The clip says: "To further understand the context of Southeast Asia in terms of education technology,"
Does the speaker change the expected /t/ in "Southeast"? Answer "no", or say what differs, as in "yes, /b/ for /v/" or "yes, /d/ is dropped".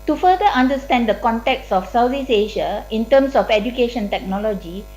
yes, /t/ is dropped